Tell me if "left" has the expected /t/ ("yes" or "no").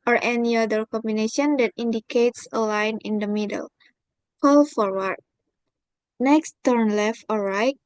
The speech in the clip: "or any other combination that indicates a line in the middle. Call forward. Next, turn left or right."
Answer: yes